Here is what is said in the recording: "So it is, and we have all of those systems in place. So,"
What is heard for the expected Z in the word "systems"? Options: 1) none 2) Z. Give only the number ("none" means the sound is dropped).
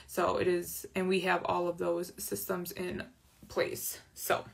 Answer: 2